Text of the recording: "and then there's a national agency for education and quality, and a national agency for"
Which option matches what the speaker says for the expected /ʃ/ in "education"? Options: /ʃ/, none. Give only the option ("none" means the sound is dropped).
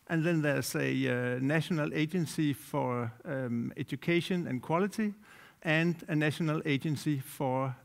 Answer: /ʃ/